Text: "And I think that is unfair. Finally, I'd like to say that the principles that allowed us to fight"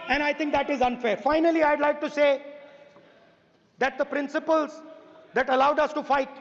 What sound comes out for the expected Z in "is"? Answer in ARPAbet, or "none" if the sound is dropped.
Z